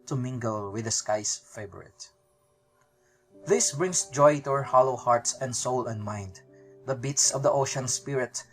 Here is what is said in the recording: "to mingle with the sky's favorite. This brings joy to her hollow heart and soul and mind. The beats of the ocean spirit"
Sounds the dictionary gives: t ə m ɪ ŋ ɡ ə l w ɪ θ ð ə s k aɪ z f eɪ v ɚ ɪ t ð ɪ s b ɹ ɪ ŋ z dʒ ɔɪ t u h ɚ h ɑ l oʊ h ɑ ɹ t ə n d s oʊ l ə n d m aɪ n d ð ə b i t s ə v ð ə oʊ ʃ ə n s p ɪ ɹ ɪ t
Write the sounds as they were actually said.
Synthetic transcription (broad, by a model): t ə m ɪ ŋ ɡ ə l w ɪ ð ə s k aɪ s f eɪ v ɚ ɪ t ð ɪ s b ɹ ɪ ŋ s dʒ ɔɪ t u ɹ h ɑ l oʊ h ɑ ɹ t ə n d s oʊ l ə n d m aɪ n d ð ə b i t s ə v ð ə oʊ ʃ ə n s p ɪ ɹ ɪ t